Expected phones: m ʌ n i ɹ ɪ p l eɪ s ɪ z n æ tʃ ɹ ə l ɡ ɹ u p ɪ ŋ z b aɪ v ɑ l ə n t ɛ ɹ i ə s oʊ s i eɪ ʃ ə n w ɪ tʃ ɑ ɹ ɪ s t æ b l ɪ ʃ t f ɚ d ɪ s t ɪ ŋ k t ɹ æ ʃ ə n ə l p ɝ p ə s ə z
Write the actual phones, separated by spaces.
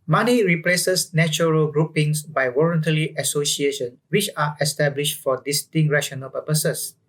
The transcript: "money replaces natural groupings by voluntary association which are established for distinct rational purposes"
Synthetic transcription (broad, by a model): m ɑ n i ɹ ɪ p l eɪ s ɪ s n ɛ tʃ ɹ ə l ɡ ɹ u p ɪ ŋ s b aɪ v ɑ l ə n t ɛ l i ə s oʊ s i eɪ ʃ ə n w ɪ tʃ ɑ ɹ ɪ s t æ b l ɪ ʃ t f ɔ d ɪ s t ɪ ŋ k ɹ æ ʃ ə n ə l p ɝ p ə s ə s